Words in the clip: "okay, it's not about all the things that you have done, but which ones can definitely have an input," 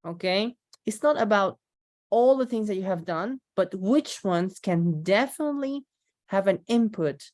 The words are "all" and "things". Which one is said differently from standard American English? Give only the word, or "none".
none